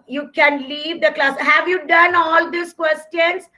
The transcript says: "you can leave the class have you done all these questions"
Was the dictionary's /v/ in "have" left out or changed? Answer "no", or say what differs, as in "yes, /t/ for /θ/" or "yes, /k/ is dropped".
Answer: no